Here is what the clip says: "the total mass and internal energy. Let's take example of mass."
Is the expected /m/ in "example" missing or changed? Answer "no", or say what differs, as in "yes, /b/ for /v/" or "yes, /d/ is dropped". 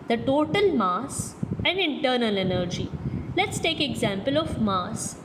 no